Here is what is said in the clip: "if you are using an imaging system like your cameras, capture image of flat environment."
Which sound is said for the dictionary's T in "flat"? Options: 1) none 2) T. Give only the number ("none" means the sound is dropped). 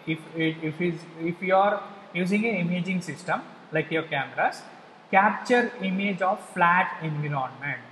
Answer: 2